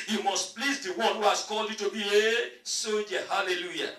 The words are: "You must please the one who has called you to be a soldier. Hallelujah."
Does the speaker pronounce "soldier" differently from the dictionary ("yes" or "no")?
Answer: yes